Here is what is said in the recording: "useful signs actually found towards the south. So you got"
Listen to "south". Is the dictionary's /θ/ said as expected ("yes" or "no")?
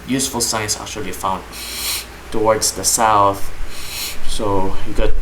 yes